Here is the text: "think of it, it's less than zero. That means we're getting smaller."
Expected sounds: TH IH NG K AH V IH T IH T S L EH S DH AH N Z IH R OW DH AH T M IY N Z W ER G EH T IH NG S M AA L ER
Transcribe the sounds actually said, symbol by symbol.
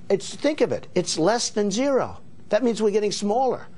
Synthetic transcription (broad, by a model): TH IH NG K AH V IH T IH T S L EH S DH AH N Z IH R OW DH AH T M IY N Z W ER G EH T IH NG S M AA L ER